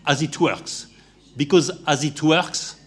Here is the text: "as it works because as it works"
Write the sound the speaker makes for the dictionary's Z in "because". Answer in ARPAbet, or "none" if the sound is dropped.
Z